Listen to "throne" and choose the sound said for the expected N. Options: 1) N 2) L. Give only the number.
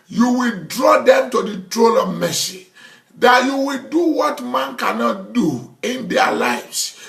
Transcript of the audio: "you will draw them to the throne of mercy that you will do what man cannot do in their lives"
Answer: 2